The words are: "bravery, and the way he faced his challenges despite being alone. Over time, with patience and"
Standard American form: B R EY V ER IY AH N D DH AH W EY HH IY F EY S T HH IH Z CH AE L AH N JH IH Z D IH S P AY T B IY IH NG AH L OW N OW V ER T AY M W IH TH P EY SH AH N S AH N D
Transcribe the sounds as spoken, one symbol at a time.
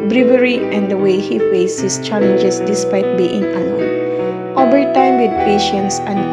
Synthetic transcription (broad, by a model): B R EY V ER IY AH N D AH W EY HH IY F EY S HH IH S CH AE L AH N JH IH S D IH S P AY T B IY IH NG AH OW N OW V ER T AY M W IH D P EY SH AH N S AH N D